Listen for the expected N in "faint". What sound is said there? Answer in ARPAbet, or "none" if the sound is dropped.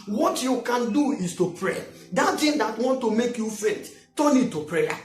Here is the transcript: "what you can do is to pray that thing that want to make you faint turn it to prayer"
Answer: none